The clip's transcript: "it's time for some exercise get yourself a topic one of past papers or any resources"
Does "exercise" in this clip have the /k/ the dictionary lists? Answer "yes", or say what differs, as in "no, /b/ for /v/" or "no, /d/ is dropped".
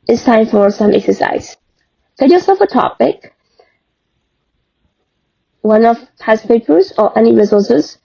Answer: yes